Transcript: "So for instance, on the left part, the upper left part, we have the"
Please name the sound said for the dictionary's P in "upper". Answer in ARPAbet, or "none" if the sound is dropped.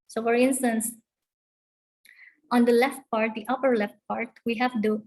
P